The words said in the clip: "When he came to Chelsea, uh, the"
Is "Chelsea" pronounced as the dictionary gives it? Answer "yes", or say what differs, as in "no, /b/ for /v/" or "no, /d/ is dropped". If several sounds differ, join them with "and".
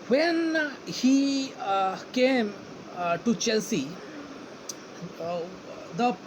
yes